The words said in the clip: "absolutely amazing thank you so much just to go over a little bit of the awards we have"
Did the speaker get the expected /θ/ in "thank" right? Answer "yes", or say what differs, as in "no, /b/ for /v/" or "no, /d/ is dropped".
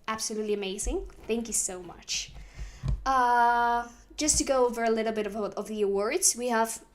yes